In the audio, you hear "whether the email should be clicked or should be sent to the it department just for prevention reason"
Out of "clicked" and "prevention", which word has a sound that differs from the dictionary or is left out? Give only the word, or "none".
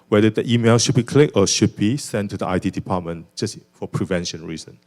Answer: clicked